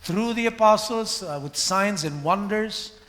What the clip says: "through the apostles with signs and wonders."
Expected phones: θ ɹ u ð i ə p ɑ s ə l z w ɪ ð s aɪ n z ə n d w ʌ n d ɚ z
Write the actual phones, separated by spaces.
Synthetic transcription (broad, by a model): θ ɹ u ð i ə p ɑ s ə l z w ɪ ð s aɪ n z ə n w ʌ n d ɚ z